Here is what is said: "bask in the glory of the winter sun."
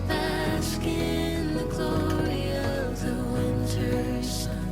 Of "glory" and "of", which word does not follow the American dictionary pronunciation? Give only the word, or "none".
none